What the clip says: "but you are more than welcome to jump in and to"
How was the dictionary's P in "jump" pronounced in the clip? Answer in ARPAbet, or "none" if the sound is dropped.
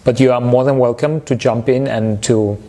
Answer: P